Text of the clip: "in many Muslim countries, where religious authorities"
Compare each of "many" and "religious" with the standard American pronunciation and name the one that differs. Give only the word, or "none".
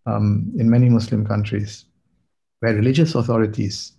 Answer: none